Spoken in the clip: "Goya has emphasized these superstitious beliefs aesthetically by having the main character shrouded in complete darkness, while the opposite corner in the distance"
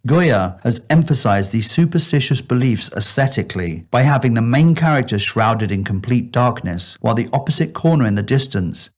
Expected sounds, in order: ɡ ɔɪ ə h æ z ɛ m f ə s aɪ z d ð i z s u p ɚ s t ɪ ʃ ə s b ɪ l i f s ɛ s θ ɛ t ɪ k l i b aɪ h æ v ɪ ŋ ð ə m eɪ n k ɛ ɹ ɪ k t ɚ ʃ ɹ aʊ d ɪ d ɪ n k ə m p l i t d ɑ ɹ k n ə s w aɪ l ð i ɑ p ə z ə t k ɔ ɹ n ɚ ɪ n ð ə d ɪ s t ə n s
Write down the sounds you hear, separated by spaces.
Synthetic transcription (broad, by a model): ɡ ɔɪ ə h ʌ z ɛ m f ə s aɪ z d ð i z s u p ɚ s t ɪ ʃ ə s b ɪ l i f s ɛ s θ ɛ t ɪ k l i b aɪ h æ v ɪ ŋ ð ə m eɪ n k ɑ ɹ ɪ k t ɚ ʃ ɹ aʊ d ɪ d ɪ n k ə m p l i t d ɑ ɹ k n ə s w aɪ l ð i ɑ p ə z ə t k ɔ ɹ n ɚ ɪ n ð ə d ɪ s t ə n s